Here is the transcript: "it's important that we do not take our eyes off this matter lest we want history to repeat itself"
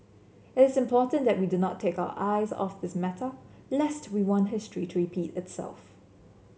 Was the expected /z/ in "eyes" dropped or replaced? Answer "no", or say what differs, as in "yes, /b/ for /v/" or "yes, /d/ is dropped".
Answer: no